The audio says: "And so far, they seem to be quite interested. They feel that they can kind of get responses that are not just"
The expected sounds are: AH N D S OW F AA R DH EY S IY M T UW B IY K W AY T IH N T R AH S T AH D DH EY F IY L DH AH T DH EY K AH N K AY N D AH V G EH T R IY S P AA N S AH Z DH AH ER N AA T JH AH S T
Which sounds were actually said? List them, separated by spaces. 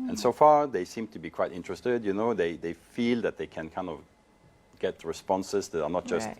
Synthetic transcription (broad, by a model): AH N S OW F AA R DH EY S IY M T UW B IY K W AY T IH N T R AH S T AH D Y EY F IY L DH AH T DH EY K AH N K AY N D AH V G EH T R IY S P AA N S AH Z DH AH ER N AA T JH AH S T